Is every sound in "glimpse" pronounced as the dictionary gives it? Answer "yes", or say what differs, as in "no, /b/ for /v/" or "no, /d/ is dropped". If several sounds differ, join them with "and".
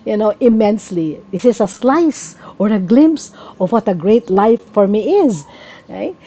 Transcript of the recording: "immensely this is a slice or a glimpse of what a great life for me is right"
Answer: yes